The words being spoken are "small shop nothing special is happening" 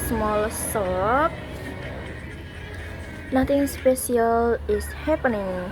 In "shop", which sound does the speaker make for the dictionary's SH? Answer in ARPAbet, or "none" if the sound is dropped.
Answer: S